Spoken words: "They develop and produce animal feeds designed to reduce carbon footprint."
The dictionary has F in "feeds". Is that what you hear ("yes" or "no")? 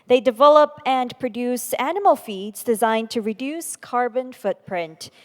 yes